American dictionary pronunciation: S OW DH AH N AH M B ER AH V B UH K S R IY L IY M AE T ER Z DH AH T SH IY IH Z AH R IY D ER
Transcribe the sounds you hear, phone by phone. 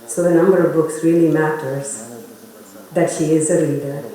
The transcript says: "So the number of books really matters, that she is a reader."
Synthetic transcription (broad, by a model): S OW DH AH N AH M B ER AH V B UH K S R IY L IY M AE T ER Z DH AH T SH IY IH Z AH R IY D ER